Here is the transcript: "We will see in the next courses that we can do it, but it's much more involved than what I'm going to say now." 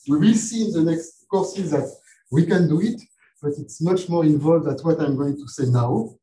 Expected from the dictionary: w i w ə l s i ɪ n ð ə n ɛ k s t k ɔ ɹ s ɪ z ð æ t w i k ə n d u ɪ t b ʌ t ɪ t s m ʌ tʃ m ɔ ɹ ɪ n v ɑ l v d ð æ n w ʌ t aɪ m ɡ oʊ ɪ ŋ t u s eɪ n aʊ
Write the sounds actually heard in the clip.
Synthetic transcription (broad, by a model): w i w ə l s i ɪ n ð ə n ɛ k s t k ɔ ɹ s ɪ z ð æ t w i k ə n d u ɪ t b ʌ t ɪ t s m ʌ tʃ m ɔ ɹ ɪ n v ɑ l v d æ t w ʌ t aɪ m ɡ oʊ ɪ ŋ t u s eɪ n aʊ